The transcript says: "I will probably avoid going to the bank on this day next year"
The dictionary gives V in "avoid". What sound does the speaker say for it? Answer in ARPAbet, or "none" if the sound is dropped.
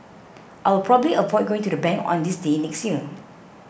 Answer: P